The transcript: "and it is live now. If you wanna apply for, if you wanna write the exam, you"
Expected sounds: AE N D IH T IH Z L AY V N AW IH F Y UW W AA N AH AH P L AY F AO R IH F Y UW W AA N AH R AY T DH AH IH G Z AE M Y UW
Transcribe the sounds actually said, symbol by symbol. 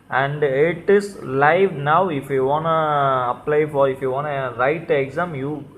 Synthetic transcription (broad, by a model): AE N D IH T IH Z L AY V N AW IH F Y UW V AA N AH AH P L AY F AO R IH F Y UW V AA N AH R AY T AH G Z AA M Y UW